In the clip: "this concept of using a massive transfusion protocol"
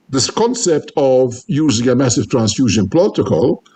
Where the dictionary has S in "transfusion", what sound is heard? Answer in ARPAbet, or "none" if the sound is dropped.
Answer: S